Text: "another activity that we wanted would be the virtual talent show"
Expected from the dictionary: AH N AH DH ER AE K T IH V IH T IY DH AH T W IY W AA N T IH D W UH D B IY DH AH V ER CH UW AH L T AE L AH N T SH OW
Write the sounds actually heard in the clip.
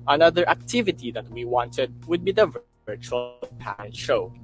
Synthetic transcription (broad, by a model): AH N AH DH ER AE K T IH V IH T IY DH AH T W IY W AA N T IH D W UH D B IY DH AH V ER CH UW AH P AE AH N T SH OW